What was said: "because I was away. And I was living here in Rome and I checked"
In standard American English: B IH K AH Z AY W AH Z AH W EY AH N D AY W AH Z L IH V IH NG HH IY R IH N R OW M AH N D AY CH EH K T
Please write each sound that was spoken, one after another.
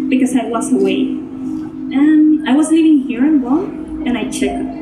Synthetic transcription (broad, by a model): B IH K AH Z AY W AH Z AH W EY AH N AY W AH Z N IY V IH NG HH IY R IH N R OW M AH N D AY CH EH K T